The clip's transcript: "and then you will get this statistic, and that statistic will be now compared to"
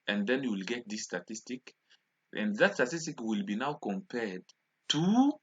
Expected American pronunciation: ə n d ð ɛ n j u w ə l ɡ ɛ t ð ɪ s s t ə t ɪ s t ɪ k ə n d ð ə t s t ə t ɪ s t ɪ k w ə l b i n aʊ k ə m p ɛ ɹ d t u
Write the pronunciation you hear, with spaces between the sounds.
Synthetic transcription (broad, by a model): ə n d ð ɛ n j u w ə l ɡ ɛ t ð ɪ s s t ə t ɪ s t ɪ k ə n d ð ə t s t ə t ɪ s t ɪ k w ə l b i n aʊ k ə m p ɛ ɹ d t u